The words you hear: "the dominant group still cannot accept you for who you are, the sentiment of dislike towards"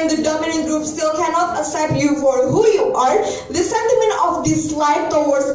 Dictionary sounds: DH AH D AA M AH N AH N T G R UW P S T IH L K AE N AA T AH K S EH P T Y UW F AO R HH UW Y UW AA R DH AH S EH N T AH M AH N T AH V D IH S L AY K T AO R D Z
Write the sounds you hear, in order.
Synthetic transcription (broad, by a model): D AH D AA M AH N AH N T G R UW P S T IH L K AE N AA T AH S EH T Y UW F AO R HH UW Y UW AA R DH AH S EH N T AH M AH N T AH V D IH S L AY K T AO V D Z